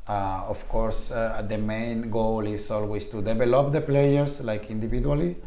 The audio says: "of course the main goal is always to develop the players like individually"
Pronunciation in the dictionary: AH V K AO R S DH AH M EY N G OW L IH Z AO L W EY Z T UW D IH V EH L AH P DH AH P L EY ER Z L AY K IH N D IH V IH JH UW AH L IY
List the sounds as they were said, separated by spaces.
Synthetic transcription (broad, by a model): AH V K AO R S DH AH M EY N G OW L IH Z AO L W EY S T UW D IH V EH L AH P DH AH P L EY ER S L AY K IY N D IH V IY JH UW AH L IY